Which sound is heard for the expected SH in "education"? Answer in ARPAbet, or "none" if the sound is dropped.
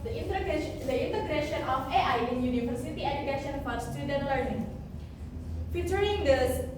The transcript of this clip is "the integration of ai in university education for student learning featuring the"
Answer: SH